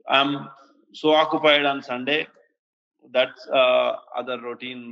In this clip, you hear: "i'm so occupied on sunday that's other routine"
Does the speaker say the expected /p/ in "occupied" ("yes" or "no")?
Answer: yes